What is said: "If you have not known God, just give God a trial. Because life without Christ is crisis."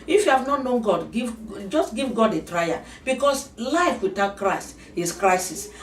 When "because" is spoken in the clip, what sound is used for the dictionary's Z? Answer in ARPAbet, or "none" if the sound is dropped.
S